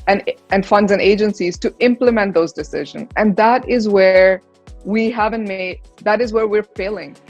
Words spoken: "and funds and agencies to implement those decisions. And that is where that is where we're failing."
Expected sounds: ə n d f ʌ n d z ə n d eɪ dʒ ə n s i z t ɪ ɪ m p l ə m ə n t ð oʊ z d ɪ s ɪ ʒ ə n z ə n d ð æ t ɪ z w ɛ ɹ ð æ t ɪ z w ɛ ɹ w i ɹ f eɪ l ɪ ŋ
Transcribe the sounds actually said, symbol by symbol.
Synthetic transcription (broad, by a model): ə n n f ʌ n d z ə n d eɪ dʒ ə n s i z t ɪ ɪ m p l ə m ə n t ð oʊ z d ɪ s ɪ ʒ ə n z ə n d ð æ t ɪ z w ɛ ɹ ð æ t ɪ z w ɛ ɹ w i ɹ f eɪ l ɪ ŋ